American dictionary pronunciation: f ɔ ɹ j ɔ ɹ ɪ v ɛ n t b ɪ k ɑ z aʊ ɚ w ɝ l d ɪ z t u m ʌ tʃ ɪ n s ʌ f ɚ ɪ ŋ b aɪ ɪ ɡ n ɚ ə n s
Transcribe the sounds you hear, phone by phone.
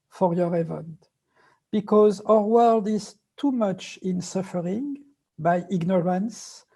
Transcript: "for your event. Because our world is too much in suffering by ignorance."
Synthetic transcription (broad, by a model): f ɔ ɹ j ɔ ɹ ɪ v ɛ n t b ɪ k ɑ z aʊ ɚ w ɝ l d ɪ z t u m ʌ tʃ ɪ n s ʌ f ɚ ɪ ŋ b aɪ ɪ ɡ n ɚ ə n s